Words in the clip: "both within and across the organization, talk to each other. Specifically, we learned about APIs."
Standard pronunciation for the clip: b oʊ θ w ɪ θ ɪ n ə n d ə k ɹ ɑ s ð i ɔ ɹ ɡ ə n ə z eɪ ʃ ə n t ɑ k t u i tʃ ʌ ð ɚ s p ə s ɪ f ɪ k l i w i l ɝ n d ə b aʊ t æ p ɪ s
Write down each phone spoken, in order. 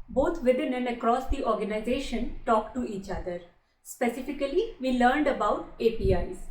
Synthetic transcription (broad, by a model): b oʊ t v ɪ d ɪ n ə n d ə k ɹ ɑ s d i ɔ ɹ ɡ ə n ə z eɪ ʃ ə n t ɑ k t u i tʃ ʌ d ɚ s p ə s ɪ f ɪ k l i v i l ɝ n d ə b aʊ t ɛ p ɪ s